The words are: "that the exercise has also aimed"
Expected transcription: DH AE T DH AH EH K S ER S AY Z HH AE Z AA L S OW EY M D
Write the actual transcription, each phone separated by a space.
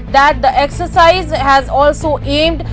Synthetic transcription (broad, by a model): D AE T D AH EH K S ER S AY Z HH AE Z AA L S OW EY M D